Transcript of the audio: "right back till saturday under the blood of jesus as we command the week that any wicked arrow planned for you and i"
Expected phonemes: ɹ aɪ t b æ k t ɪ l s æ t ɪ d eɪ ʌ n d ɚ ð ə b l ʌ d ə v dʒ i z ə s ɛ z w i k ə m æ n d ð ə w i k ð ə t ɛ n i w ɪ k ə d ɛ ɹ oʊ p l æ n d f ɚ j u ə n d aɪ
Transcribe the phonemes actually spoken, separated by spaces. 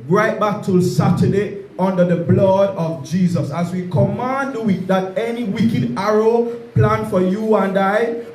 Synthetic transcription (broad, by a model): ɹ aɪ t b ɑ k t ɪ l s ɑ t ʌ d eɪ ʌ n d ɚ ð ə b l ʌ d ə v dʒ i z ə s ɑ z w i k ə m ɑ n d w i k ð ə t ɛ n i w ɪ k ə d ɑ ɹ oʊ p l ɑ n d f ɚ j u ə n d aɪ